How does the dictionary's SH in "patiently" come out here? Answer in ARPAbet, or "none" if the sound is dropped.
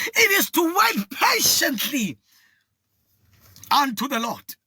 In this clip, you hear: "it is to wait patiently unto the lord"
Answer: SH